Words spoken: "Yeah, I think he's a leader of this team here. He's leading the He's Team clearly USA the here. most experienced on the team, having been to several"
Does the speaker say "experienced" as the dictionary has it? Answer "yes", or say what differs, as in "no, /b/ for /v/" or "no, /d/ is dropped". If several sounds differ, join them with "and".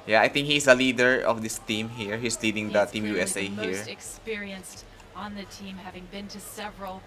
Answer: yes